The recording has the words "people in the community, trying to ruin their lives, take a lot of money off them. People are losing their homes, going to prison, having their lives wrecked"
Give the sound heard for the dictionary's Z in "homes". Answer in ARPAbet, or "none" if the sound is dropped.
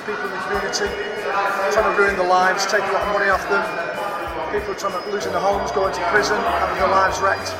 Z